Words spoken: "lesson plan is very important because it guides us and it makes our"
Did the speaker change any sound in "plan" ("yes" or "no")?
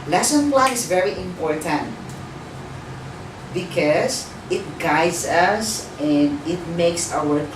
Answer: yes